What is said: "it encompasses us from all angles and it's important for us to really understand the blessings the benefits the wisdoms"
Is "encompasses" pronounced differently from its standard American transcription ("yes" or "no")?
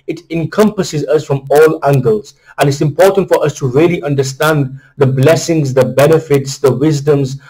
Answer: no